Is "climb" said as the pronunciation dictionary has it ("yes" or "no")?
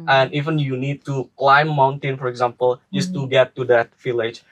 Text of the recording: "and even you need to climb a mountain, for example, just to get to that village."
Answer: no